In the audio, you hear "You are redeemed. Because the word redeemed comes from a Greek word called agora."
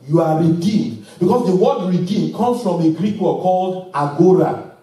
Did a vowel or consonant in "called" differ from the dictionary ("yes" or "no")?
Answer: no